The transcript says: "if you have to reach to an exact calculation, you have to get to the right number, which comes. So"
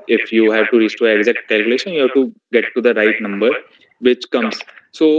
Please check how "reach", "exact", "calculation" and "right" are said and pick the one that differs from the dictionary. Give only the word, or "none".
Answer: reach